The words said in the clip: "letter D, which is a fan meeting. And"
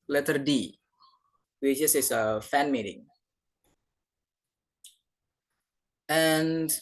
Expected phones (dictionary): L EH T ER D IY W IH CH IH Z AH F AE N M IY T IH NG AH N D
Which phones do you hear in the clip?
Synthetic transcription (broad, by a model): L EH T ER D IY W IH S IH S AH F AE N M IY T IH NG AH N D